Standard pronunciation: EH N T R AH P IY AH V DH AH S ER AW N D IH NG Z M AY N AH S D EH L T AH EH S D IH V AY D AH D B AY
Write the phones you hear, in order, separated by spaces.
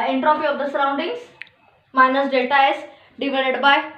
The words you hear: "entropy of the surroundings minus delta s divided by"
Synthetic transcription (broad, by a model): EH N T R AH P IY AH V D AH S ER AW N D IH NG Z M AY N AH S D EH T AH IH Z D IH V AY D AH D B AY